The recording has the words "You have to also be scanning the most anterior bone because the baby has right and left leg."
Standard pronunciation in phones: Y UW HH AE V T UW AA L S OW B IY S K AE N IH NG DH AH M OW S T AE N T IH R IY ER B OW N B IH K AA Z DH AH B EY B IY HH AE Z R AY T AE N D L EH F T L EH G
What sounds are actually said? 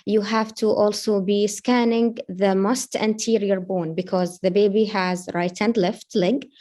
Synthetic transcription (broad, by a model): Y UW HH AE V T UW AA L S OW B IY S K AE N IH NG DH AH M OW S T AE N T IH R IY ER B OW N B IH K AA Z DH AH B EY B IY HH AE Z R AY T AE N D L EH F T L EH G